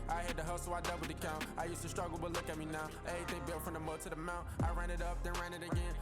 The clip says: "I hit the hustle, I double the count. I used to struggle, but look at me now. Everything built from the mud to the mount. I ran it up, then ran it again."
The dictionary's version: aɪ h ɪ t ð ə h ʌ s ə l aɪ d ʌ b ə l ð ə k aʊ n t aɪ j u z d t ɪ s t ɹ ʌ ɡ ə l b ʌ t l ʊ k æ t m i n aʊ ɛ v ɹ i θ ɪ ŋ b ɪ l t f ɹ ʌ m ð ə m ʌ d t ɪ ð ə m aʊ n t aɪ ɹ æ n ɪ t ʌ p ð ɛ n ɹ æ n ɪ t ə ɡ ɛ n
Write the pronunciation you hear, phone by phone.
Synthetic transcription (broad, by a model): aɪ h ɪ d ð ə h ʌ ə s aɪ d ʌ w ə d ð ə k aʊ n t aɪ j u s t ɪ s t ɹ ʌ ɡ l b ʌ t l ʊ k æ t m i n aʊ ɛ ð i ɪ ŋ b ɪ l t f ɹ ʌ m ð ə m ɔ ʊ t ɪ ð ə m aʊ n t aɪ ɹ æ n ɪ t ʌ p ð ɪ n ɹ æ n ɪ t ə ɡ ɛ n